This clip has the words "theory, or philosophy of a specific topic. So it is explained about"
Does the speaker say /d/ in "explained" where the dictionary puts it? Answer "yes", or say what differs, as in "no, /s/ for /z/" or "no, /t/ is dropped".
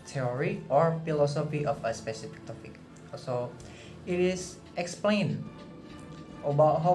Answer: no, /d/ is dropped